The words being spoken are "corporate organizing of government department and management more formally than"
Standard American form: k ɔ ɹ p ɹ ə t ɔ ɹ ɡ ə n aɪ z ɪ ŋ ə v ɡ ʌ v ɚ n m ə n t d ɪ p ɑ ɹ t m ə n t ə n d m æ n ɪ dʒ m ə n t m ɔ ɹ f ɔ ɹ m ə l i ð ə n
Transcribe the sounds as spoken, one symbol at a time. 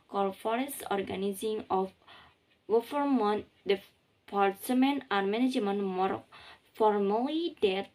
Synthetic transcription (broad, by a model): k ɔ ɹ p ɹ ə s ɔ ɹ ɡ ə n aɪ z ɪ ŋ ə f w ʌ f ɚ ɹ m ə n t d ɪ p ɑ ɹ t m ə n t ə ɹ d m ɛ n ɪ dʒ m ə n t m ɔ ɹ f ɔ ɹ m ə l i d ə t